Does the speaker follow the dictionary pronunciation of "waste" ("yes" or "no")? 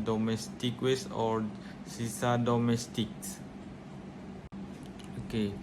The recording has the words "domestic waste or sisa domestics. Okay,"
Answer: no